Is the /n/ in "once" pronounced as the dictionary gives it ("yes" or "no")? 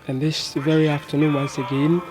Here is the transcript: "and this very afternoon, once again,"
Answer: yes